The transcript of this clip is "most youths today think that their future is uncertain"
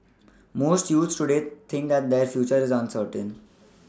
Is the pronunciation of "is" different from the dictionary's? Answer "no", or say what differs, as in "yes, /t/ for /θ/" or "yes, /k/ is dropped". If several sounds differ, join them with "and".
no